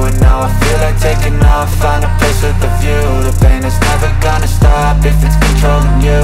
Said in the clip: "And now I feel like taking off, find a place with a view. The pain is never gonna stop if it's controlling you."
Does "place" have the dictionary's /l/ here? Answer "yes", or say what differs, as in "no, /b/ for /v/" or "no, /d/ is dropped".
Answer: no, /l/ is dropped